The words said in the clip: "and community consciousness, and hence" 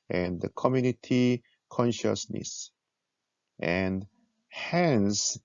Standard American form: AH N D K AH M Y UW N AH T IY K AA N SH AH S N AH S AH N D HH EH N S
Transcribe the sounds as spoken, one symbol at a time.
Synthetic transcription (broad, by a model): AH N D K AH M Y UW N AH T IY K AA N SH AH S N AH S AH N D HH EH N S